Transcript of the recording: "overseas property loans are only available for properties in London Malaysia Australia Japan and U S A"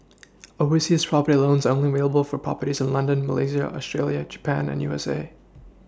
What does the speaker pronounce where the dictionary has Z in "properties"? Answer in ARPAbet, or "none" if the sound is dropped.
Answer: Z